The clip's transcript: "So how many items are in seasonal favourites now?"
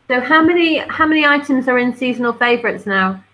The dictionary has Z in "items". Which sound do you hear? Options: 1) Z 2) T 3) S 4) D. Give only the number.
1